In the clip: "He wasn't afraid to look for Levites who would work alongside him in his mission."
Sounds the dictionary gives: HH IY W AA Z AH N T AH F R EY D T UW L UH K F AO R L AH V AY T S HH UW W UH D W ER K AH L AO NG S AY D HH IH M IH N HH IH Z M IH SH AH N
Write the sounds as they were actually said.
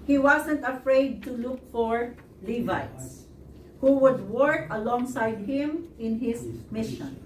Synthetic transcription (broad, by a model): HH IY W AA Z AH N T AH F R EY D T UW L UH K F AO R L AH V AY T S HH UW W UH D W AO K AH L AO NG S AY D HH IH M IH N HH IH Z M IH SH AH N